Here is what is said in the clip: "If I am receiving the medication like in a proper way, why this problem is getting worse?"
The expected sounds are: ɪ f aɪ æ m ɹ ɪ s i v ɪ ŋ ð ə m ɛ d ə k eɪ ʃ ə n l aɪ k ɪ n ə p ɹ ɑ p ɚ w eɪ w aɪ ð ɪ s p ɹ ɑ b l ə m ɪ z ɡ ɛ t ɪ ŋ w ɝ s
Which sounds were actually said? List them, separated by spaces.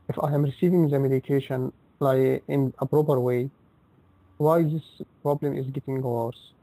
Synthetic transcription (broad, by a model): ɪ f aɪ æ m ɹ ɪ s i v ɪ ŋ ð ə m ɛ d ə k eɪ ʃ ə n l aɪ ɪ n ə p ɹ ɑ p ɚ w eɪ w aɪ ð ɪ s p ɹ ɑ b l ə m ɪ z ɡ ɛ t ɪ ŋ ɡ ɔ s